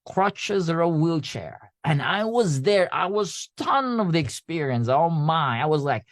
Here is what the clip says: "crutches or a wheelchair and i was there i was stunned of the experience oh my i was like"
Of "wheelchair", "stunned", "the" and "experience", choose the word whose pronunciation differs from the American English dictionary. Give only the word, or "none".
stunned